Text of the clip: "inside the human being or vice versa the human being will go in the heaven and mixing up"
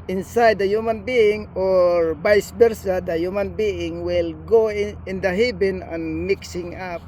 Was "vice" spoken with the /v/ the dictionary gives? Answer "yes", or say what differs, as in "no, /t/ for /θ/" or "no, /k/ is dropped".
no, /b/ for /v/